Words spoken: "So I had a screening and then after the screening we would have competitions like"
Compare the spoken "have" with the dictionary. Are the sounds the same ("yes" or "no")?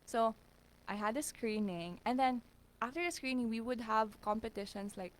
yes